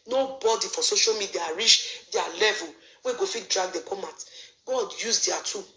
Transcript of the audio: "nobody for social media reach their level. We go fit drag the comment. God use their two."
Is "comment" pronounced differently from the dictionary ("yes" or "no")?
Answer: yes